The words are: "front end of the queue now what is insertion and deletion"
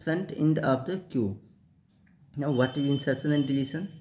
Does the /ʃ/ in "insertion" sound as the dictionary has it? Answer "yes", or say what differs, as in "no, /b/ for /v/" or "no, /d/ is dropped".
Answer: no, /s/ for /ʃ/